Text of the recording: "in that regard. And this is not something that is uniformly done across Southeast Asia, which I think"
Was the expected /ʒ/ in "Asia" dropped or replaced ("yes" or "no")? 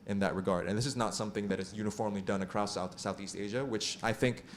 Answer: no